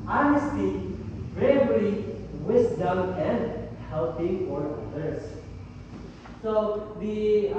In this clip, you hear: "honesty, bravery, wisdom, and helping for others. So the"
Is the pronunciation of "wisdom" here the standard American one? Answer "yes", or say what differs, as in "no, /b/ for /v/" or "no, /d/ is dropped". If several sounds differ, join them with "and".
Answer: no, /s/ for /z/